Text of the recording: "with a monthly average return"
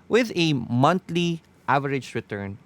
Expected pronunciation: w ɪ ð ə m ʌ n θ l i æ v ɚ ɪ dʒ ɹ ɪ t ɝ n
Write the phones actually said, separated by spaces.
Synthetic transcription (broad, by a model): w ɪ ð ə m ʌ n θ l i æ v ɚ ɪ dʒ ɹ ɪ t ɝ n